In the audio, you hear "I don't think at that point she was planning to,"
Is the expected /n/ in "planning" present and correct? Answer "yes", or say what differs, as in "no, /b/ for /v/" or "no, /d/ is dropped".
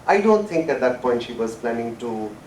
yes